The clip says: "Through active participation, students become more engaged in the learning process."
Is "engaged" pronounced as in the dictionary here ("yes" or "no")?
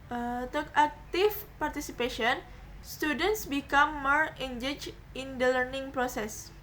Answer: no